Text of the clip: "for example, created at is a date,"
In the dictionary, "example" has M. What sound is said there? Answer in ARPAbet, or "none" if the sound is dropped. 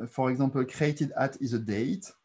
none